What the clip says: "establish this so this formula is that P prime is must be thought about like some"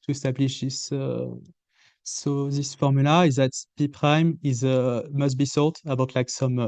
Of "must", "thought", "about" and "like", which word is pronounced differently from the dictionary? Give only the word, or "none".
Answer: thought